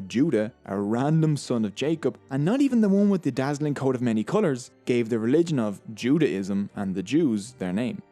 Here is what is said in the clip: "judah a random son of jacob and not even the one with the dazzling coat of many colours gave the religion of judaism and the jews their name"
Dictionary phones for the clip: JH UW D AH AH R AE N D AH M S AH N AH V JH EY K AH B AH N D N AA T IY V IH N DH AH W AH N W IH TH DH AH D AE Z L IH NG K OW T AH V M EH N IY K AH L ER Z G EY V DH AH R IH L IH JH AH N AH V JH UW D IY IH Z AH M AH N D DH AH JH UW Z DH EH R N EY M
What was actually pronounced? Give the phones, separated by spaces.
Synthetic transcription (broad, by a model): JH UW D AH AH R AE N D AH M S AH N AH V JH EY K AH B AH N N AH T IY V IH N DH AH W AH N W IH DH AH D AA Z L IH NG K OW T AH V M EH N IY K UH L ER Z G EY V DH AH R IH L IH JH AH N AH V JH UW D IY IH Z AH M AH N DH AH JH UW Z DH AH R N EY M